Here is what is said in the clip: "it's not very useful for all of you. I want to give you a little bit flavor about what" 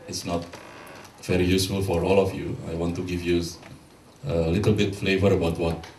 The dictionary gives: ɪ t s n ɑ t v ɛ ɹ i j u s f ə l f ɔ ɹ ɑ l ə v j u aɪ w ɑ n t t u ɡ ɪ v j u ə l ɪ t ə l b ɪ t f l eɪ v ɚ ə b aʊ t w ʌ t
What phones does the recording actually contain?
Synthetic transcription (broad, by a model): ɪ t s n ɑ t v ɛ ɹ i j u s f ə l f ɔ ɹ ɑ l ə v j u aɪ w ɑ n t t u ɡ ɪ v j u ə l ɪ t ə l b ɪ t f l eɪ v ɚ ə b aʊ t w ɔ t